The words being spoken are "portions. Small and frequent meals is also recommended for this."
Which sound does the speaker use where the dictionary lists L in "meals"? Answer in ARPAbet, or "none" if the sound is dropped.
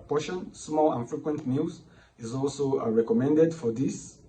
none